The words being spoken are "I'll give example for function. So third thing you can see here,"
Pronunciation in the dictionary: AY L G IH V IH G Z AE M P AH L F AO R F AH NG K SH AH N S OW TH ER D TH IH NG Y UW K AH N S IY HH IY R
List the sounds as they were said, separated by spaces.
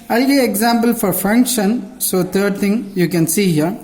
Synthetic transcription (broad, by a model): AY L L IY IH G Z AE M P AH L F AO R F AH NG K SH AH N S OW T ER D T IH NG Y UW K AH N S IY HH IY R